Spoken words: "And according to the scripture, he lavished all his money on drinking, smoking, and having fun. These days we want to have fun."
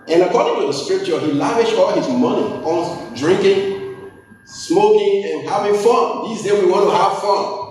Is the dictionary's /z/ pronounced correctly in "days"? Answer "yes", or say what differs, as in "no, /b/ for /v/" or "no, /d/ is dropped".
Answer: no, /z/ is dropped